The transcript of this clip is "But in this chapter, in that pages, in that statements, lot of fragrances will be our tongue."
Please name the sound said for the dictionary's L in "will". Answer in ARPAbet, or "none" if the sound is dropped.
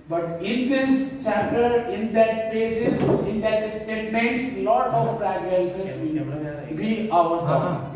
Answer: N